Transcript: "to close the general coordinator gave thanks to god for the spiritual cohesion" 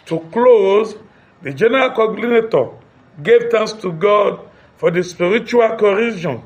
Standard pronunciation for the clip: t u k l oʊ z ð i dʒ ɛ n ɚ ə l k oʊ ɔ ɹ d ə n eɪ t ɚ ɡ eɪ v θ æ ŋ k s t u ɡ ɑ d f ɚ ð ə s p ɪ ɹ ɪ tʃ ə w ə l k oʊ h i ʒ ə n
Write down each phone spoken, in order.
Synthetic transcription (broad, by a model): t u k l oʊ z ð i dʒ ɛ n ɚ ə l k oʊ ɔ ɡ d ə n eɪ t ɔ ɡ eɪ v t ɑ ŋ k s t u ɡ ɑ d f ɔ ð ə s p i ɹ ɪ tʃ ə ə l k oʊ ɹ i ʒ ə n